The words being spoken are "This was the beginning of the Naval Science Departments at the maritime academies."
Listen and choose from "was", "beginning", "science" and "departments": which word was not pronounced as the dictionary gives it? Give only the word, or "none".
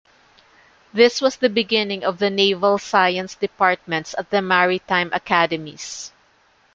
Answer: was